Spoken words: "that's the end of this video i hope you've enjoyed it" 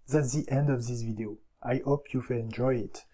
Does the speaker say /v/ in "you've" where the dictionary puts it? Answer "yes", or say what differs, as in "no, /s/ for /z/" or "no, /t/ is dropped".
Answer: no, /f/ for /v/